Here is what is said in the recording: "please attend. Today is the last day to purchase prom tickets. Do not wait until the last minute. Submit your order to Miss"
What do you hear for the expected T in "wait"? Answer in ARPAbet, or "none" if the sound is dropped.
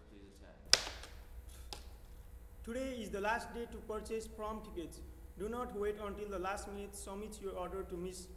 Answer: T